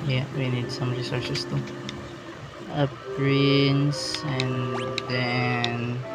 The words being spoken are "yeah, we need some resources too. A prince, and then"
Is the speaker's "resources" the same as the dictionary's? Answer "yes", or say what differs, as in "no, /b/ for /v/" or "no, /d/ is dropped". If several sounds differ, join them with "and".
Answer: no, /s/ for /z/